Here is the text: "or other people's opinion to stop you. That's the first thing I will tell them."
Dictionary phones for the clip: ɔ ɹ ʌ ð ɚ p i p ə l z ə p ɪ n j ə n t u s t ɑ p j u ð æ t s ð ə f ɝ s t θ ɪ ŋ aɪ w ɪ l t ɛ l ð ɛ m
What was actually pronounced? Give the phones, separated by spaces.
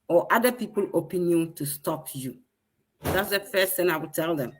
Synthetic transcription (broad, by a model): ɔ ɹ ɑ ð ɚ p i p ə l ə p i n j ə n t u s t ɑ p j u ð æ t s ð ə f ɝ s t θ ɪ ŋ aɪ w ɪ l t ɛ l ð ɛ m